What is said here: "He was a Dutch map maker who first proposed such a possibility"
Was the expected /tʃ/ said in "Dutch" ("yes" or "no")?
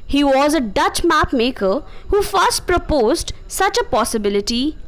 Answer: yes